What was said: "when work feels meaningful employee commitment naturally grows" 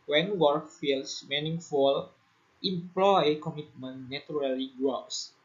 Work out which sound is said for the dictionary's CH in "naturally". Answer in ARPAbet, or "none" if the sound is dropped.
none